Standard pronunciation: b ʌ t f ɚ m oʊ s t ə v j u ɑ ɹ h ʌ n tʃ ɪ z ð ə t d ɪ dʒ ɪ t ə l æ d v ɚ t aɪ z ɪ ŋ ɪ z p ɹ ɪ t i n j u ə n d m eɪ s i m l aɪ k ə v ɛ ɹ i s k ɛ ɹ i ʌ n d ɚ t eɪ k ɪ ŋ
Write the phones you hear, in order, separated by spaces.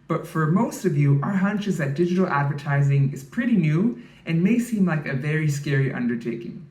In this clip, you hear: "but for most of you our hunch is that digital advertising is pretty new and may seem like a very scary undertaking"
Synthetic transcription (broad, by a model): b ʌ t f ɚ m oʊ s t ə v j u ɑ ɹ h ʌ n tʃ ɪ z ð ə t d ɪ dʒ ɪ t l æ d v ɚ t aɪ z ɪ ŋ ɪ z p ɹ ɪ t i n j u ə n m eɪ s i m l aɪ k ə v ɛ ɹ i s k ɛ ɹ i ʌ n d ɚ t eɪ k ɪ ŋ